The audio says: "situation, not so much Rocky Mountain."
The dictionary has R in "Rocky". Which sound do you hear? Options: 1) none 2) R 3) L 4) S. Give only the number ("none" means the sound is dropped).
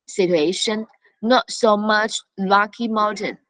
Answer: 3